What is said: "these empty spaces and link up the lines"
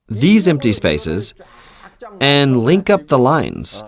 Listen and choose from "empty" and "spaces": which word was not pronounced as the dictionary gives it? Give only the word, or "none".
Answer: none